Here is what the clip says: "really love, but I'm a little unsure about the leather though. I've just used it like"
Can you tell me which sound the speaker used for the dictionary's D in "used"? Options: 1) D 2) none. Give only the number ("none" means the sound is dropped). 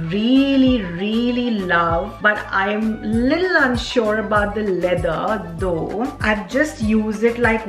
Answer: 2